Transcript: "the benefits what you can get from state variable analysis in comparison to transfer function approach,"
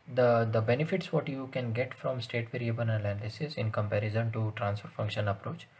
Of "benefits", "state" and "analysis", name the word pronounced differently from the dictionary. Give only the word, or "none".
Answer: analysis